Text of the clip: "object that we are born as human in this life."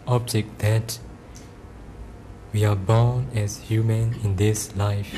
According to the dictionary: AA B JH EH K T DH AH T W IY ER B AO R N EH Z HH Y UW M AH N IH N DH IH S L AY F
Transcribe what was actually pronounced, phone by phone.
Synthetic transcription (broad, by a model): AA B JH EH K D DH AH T W IY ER B AO N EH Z HH Y UW M AH N IH N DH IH S L AY F